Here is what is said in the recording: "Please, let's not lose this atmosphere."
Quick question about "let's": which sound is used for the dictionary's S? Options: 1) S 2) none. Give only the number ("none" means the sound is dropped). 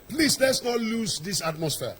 1